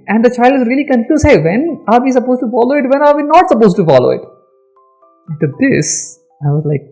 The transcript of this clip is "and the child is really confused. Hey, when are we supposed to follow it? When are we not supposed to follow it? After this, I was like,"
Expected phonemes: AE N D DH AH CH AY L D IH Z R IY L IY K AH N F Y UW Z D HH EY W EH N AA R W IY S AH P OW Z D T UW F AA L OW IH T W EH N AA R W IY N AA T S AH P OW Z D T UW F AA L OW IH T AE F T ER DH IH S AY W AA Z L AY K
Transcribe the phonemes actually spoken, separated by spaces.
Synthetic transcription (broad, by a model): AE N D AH CH AY L D IH Z R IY L IY K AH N F Y UW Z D HH EY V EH N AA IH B IY S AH P OW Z T UW F AA L OW IH T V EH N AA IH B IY N AA T S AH P OW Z T UW F AA L OW IH T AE T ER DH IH S AY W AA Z L AY K